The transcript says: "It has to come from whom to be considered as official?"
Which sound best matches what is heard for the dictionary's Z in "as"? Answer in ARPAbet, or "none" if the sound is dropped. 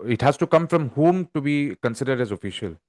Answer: Z